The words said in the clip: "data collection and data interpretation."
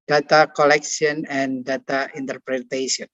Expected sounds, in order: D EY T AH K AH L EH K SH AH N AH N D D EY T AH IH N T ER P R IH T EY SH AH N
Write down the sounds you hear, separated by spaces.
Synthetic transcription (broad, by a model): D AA T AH K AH L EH K S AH N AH N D D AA T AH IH N T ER P R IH T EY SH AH N